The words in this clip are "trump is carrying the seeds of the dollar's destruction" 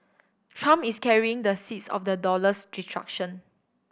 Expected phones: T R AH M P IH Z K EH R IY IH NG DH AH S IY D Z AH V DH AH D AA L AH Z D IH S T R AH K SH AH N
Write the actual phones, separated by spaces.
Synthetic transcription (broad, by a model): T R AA M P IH S K EH R IY IH NG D AH S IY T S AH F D AH D AA L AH S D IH T R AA K SH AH N